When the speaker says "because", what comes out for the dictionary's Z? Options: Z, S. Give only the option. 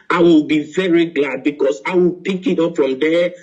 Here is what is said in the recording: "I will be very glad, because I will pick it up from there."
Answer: S